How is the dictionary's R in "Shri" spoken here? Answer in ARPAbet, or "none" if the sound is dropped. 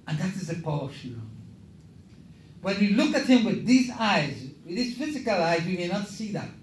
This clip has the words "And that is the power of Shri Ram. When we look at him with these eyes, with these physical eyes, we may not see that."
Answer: none